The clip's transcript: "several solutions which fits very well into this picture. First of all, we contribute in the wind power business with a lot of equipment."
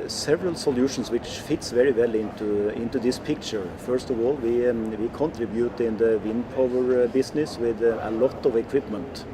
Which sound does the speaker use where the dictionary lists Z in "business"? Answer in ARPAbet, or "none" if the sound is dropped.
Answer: S